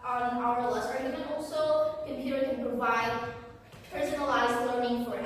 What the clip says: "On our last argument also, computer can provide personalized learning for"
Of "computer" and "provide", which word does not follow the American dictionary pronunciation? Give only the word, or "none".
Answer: none